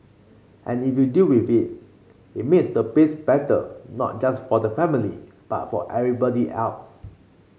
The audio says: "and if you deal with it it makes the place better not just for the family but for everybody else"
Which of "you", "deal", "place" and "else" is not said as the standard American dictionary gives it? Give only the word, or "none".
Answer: place